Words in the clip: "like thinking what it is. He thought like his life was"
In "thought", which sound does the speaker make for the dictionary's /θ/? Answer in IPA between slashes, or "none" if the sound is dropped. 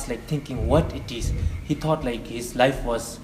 /t/